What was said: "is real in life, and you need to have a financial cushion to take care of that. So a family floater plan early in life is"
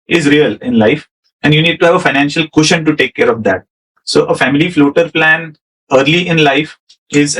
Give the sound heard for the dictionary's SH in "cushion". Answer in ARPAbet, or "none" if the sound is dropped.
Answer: SH